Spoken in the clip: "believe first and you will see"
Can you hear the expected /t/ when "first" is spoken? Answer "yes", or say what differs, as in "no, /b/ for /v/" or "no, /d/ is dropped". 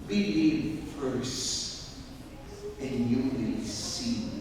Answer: no, /t/ is dropped